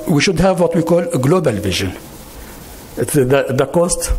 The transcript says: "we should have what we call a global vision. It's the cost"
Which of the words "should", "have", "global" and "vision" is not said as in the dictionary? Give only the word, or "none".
none